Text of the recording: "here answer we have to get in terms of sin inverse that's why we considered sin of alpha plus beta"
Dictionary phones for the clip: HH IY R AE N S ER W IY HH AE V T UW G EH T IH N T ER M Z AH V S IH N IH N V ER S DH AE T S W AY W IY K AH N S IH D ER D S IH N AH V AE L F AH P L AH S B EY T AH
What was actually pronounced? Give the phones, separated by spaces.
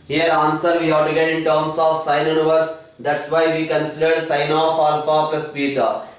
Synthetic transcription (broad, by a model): HH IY R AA N S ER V IY HH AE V T UW G EH T IH N T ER M S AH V S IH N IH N V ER S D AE T S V AY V IY K AH N S IH D ER D S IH N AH F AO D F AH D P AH S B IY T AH